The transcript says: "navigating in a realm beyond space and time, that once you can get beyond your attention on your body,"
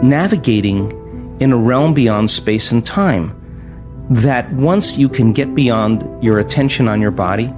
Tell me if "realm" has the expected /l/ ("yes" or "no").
yes